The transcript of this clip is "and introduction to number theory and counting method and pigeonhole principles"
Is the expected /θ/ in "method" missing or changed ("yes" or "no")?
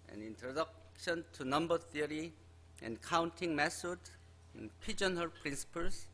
yes